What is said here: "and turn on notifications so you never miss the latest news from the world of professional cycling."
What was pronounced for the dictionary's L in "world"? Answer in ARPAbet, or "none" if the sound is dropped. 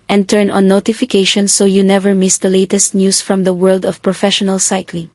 L